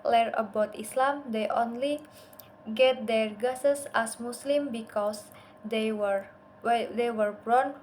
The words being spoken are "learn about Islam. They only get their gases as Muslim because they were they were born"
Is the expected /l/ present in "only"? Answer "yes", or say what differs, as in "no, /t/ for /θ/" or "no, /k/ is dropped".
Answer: yes